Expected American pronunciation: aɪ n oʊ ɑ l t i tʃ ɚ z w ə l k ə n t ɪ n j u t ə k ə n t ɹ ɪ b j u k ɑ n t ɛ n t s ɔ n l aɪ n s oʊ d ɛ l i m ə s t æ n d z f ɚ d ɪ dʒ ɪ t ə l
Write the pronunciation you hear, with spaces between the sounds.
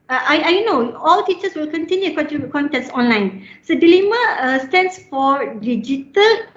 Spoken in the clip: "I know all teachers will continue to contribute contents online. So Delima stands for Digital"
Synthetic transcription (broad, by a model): aɪ n oʊ ɑ l t i tʃ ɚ s w ə l k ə n t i n j u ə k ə t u k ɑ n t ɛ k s ɔ n l aɪ n s oʊ d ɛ l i m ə s t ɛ n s f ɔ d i dʒ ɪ t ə l